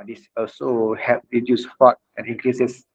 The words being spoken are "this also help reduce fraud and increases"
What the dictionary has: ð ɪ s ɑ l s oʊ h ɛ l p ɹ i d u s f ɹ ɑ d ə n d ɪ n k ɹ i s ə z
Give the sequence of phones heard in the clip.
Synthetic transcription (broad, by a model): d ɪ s ɑ l s oʊ h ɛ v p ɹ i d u s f ɑ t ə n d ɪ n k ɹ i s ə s